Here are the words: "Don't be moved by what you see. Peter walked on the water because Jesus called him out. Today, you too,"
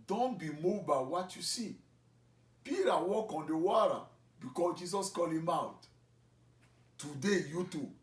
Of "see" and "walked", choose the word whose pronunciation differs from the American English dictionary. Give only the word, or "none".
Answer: walked